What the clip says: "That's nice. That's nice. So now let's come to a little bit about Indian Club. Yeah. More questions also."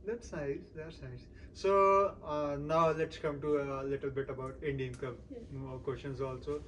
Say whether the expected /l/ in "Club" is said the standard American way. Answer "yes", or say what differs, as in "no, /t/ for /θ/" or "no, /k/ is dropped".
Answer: no, /l/ is dropped